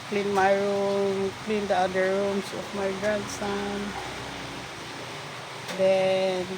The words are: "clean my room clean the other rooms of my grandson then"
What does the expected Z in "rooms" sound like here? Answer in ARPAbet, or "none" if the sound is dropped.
S